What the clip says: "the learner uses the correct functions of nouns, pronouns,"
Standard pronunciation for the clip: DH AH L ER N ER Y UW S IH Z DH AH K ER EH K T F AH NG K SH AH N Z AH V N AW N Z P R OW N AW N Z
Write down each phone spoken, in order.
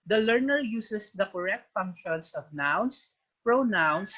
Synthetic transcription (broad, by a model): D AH L ER N ER Y UW S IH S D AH K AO EH K T F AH NG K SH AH N S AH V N AW N S P R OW N AW N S